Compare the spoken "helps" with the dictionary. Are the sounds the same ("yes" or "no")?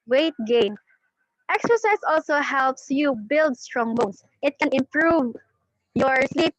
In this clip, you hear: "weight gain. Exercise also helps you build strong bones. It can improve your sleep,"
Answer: yes